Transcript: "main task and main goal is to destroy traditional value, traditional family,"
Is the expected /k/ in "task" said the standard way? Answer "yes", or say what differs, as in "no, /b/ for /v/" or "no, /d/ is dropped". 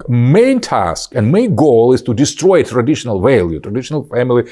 yes